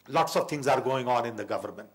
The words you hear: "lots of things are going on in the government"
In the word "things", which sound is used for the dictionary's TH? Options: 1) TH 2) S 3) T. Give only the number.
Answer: 3